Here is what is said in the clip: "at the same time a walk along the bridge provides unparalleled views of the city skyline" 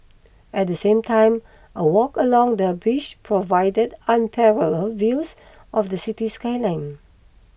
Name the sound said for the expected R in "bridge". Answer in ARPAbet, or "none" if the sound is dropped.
none